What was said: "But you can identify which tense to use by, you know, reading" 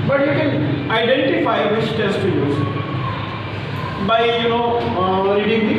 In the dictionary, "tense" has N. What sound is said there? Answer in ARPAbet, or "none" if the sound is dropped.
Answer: none